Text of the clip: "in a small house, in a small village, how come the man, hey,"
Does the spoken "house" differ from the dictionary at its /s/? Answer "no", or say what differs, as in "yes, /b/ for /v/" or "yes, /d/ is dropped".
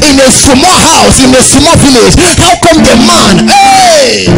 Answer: no